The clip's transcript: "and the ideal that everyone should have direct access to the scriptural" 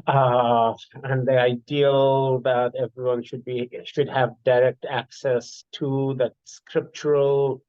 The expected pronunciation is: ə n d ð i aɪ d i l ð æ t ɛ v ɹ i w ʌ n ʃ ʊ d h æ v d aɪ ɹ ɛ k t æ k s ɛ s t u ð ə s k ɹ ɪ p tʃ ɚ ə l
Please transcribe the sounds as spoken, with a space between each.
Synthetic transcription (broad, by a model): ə n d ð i aɪ d i l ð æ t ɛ v ɹ i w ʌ n ʃ ʊ d h æ v d aɪ ɹ ɛ k t æ k s ɛ s t u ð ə s k ɹ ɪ p tʃ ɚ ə l